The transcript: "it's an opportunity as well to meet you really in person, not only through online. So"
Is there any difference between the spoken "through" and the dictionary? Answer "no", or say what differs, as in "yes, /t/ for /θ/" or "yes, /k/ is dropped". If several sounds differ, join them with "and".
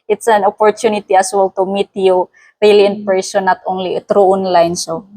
yes, /t/ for /θ/